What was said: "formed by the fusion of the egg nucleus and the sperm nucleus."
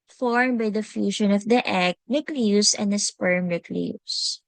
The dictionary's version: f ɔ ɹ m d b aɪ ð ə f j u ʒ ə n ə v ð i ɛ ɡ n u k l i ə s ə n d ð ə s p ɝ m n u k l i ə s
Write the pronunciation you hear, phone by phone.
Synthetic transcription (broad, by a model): f ɔ ɹ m b aɪ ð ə f j u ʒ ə n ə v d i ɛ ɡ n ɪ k l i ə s ə n d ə s p ɝ m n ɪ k l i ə s